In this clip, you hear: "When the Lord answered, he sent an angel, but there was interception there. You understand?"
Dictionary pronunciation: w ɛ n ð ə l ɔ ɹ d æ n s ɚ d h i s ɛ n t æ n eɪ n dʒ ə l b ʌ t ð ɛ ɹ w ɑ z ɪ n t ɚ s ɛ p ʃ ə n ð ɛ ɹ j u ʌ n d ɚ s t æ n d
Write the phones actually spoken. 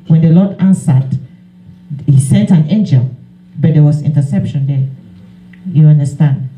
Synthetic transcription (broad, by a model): w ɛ n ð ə l ɔ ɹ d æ n s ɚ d h i s ɛ n t æ n eɪ n dʒ ə l b ʌ t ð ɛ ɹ w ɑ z ɪ n t ɚ s ɛ p ʃ ə n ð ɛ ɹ j u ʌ n d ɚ s t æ n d